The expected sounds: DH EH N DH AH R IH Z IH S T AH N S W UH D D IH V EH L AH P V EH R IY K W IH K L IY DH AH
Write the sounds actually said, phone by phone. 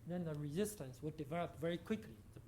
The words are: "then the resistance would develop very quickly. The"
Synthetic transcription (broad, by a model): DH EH N DH AH R IH Z IH S T AH N S W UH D D IH V EH L AH P V EH R IY K W IH K L IY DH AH